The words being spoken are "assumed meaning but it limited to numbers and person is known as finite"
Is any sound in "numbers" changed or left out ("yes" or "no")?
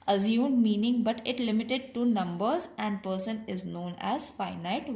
no